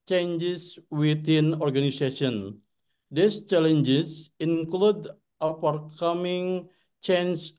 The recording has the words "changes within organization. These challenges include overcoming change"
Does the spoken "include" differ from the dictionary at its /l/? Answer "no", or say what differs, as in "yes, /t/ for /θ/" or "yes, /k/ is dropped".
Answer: no